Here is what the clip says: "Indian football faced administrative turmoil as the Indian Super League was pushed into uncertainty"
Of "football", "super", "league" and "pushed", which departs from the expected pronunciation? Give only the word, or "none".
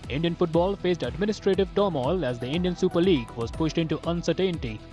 none